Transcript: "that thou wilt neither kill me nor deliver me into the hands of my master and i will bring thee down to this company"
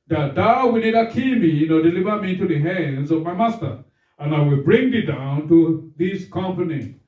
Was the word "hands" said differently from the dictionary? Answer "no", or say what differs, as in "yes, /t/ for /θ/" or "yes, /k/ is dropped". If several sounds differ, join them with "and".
no